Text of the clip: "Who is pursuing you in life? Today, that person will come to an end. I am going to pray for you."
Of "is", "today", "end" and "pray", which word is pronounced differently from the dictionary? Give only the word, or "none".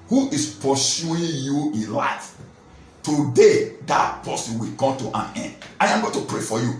is